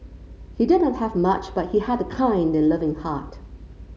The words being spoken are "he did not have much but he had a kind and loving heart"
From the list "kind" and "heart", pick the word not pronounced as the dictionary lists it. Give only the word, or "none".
none